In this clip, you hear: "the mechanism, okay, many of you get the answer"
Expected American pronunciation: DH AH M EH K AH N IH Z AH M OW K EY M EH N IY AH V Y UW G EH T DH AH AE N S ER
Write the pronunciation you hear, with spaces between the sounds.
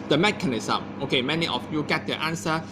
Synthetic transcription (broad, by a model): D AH M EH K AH N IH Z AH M OW K EY M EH N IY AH F Y UW G EH T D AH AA N S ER